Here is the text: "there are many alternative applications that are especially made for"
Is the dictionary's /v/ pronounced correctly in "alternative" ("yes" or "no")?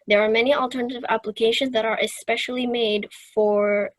yes